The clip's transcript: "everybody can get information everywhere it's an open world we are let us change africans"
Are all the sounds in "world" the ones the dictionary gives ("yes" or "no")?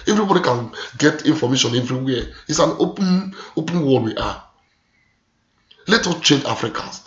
no